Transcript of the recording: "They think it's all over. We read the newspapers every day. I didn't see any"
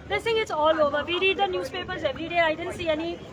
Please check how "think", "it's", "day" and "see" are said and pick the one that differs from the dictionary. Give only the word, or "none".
think